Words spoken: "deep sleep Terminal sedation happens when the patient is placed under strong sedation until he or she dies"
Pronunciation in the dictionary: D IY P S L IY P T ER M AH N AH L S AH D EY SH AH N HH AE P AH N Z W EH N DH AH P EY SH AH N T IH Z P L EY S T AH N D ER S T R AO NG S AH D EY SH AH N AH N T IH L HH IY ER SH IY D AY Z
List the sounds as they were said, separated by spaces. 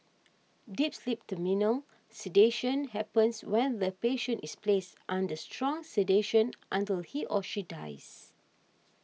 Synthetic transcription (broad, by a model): D IY P S L IY P T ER M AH N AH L S AH D EY SH AH N HH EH P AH N S W EH N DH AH P EY SH AH N T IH S P L EY S T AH N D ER S T R AO NG S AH D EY SH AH N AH N T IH L HH IY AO SH IY D AY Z